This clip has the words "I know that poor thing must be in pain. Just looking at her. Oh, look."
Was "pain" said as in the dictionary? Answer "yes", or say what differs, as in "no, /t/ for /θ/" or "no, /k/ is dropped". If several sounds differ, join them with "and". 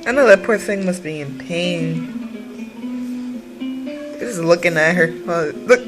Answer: yes